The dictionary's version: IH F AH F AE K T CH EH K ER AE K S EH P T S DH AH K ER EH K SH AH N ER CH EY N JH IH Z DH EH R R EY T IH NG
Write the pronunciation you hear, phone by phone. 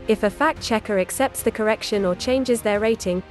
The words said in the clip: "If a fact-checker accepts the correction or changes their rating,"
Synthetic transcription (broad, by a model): IH F AH F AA K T CH EH K ER AE K S EH P T S DH AH K ER EH K SH AH N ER CH EY N JH IH Z DH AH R R EY T IH NG